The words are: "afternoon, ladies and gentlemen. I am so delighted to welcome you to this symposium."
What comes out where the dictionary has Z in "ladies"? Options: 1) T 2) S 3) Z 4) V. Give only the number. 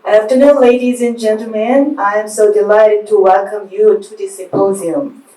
3